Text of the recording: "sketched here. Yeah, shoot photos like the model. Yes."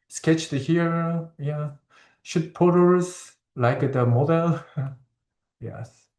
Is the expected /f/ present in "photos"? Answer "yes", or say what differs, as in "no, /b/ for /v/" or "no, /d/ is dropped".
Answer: no, /p/ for /f/